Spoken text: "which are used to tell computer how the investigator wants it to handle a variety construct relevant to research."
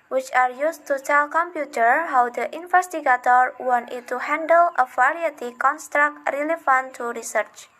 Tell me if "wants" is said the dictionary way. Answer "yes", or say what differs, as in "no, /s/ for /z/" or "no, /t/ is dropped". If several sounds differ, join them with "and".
no, /s/ is dropped